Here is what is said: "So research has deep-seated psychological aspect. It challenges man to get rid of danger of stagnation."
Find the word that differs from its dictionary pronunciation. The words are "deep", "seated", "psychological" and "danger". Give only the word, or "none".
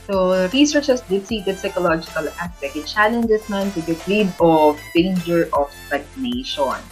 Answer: deep